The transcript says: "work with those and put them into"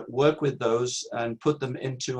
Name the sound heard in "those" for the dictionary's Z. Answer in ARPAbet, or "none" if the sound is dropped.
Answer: Z